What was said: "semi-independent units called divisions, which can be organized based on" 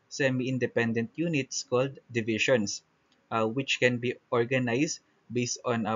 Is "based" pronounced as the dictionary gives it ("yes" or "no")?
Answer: yes